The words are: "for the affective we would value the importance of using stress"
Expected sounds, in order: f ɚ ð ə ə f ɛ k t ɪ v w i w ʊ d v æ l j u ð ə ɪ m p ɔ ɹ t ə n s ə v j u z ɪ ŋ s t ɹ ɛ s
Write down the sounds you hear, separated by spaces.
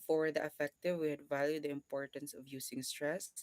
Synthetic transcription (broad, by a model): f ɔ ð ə ə f ɛ k t ɪ v w i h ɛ d v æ l j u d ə ɪ m p ɔ ɹ t ə n s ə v j u s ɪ ŋ s t ɹ ɛ s